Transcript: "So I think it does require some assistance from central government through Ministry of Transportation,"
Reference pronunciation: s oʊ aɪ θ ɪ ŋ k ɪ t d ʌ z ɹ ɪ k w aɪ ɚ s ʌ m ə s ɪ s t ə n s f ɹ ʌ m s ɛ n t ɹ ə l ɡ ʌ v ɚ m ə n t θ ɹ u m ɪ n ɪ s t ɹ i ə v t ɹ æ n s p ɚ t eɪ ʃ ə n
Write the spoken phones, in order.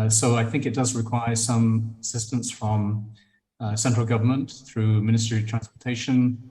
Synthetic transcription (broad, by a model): s oʊ aɪ θ ɪ ŋ k ɪ t d ʌ z ɹ ɪ k w aɪ ɚ s ʌ m ə s ɪ s t ə n s f ɹ ʌ m s ɛ n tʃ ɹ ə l ɡ ʌ v ɚ m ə n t θ ɹ u m ɪ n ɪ s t ɹ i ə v t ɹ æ n s p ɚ t eɪ ʃ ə n